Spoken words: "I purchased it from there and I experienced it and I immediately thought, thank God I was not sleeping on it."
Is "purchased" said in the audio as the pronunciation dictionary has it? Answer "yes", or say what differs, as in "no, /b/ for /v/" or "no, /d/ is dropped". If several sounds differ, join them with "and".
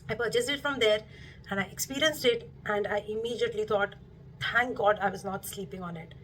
no, /t/ is dropped